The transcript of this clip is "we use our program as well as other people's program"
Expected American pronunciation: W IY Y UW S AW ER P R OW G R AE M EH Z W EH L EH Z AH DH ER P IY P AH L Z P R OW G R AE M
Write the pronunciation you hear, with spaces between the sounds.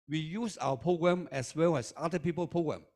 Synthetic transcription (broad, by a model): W IY Y UW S AW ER P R OW G R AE M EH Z W EH L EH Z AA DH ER P IY P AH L P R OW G R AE M